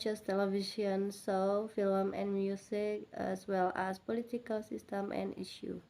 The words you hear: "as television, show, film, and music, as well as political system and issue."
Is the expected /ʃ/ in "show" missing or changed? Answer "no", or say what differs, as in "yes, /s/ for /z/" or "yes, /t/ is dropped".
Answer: yes, /s/ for /ʃ/